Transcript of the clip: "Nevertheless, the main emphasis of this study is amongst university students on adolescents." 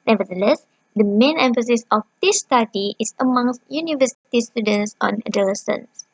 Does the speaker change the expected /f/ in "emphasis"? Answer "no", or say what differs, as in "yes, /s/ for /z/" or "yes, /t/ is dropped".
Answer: no